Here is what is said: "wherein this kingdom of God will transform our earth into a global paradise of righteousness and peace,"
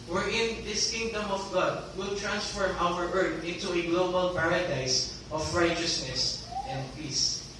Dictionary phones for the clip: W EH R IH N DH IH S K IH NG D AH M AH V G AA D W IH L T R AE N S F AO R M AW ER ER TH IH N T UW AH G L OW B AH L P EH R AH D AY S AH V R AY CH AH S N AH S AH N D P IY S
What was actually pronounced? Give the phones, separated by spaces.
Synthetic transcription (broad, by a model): W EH R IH N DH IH S K IH NG D AH M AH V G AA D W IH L T R AE N S F AO R M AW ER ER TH IH N T UW AH G L OW B AH L P EH R AH D AY S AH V R AY CH AH S N AH S AH N D P IY S